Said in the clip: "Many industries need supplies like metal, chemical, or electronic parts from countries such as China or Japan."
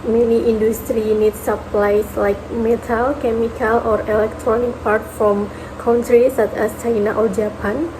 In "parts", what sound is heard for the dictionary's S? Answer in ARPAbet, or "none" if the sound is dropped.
none